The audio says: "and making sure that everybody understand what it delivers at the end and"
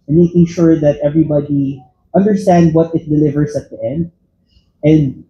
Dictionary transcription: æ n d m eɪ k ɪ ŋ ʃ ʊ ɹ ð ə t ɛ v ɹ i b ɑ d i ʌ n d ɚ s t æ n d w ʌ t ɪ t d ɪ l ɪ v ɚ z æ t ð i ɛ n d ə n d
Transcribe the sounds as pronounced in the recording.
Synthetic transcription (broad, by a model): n m eɪ k ɪ ŋ ʃ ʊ ɹ ð ə t ɛ v ɹ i b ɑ d i ʌ n d ɚ s t æ n d w ʌ t ɪ t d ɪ l ɪ v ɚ s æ t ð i ɛ n d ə n d